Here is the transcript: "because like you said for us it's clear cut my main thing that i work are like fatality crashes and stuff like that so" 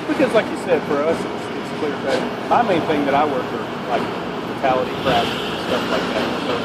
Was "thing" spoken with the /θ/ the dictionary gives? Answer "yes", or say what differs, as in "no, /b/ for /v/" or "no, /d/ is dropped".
yes